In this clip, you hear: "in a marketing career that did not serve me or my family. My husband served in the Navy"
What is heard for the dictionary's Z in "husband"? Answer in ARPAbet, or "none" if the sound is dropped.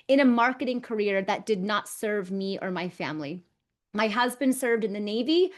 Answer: Z